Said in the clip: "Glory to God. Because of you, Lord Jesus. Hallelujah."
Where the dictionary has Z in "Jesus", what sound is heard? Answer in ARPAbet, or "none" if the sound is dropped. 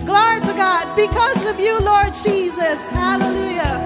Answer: Z